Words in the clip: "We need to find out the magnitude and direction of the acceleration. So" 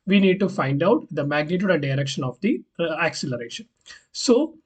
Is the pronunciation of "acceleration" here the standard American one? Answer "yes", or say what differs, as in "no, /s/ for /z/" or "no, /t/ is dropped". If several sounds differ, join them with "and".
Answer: yes